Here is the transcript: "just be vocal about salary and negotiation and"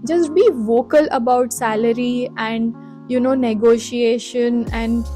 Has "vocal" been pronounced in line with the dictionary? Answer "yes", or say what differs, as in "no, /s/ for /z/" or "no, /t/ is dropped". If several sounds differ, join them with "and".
yes